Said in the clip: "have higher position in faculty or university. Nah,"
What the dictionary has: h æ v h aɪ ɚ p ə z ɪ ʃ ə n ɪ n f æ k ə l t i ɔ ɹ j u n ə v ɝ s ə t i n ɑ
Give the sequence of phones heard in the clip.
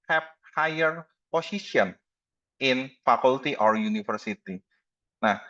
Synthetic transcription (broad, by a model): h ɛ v h aɪ ɚ p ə s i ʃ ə n ɪ n f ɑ k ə l t i ɔ ɹ j u n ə f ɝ s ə t i n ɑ